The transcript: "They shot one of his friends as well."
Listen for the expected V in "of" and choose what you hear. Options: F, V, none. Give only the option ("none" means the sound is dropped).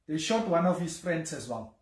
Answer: F